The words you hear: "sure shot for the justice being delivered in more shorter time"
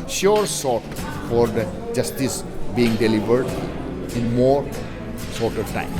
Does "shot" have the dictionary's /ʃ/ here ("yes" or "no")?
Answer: no